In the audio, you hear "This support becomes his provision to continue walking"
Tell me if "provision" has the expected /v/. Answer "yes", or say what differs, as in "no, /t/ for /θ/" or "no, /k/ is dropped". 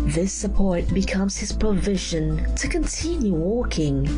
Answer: yes